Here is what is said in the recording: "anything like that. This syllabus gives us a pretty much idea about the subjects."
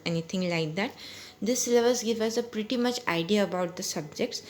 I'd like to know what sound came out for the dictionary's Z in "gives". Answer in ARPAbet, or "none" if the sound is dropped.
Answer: none